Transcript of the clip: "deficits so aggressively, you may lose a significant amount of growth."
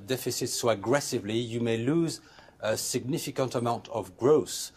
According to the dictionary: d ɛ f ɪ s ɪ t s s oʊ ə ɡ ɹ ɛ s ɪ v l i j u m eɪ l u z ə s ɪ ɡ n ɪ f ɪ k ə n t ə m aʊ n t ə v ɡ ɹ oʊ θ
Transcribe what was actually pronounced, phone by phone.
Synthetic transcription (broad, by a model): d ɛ f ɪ s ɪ t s s oʊ ə ɡ ɹ ɛ s ɪ v l i j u m eɪ l u z ə s ɪ ɡ n ɪ f ɪ k ə n t ə m aʊ n t ə v ɡ ɹ oʊ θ